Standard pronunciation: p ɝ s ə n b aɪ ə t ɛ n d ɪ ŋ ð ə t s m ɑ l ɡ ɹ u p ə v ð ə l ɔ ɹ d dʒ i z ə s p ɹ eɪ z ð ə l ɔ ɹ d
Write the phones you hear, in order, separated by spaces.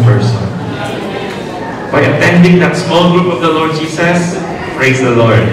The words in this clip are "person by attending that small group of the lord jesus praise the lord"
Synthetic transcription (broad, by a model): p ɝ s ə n b aɪ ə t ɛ n d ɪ ŋ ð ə t s m ɑ l ɡ ɹ u p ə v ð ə l ɔ ɹ d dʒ i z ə s p ɹ eɪ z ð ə l ɔ ɹ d